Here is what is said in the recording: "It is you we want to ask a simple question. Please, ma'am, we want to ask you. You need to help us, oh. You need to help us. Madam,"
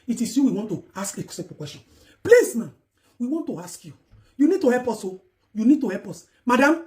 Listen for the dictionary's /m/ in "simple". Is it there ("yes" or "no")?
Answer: no